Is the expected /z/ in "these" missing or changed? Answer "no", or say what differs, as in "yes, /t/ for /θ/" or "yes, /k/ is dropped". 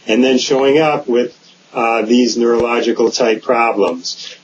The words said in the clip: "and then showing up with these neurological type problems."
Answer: no